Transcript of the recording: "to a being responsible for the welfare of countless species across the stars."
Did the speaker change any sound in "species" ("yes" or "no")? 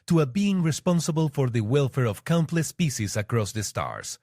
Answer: yes